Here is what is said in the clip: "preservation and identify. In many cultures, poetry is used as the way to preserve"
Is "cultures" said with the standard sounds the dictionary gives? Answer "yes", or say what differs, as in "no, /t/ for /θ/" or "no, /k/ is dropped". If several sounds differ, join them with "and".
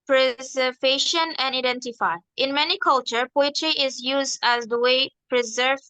no, /z/ is dropped